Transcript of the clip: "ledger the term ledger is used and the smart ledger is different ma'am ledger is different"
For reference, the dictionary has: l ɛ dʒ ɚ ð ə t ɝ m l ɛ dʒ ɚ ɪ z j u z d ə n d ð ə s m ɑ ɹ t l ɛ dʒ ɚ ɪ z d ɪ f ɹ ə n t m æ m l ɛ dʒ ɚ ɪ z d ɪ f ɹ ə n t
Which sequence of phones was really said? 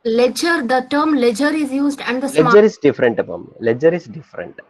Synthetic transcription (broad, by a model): l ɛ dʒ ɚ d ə t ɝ m l ɛ dʒ ɚ ɪ z j u z d ə n d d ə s ɛ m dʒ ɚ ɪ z d ɪ f ɹ ə n t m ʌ m l ɛ dʒ ɚ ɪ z d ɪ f ɹ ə n t